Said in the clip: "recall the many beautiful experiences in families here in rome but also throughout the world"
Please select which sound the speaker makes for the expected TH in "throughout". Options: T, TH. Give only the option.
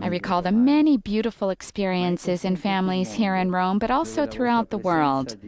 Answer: TH